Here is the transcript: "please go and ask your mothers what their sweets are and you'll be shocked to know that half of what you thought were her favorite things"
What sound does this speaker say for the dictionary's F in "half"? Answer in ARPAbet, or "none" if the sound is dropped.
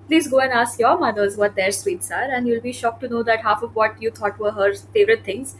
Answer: F